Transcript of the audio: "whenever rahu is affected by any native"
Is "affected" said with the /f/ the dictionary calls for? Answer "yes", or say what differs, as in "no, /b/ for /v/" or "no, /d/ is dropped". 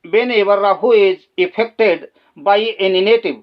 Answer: no, /p/ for /f/